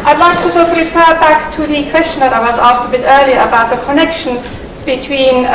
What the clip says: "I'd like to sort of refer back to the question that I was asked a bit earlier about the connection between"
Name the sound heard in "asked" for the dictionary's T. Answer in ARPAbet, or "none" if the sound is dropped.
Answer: T